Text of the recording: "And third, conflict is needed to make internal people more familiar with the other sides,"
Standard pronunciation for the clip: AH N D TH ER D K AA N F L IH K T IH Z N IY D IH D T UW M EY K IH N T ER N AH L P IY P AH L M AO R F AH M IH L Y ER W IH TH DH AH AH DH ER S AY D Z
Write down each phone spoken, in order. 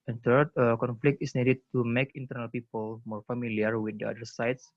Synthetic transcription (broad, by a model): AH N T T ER K AA N F L IH K T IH S N IY D IH D T UW M EY K IH N T ER N AH L P IY P AH L M AO R F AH M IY L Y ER W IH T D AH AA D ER S AY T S